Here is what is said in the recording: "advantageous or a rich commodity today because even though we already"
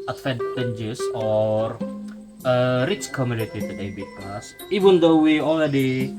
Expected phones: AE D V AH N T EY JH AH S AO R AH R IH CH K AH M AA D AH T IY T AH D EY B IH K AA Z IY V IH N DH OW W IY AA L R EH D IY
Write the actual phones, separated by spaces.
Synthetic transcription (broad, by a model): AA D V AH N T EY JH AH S AO R AH R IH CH K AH M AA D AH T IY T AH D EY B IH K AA S IY V IH N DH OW W IY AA L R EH D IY